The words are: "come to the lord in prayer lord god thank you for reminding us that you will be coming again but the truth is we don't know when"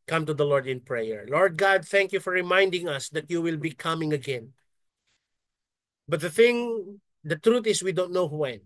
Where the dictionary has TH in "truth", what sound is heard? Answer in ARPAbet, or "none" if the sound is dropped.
T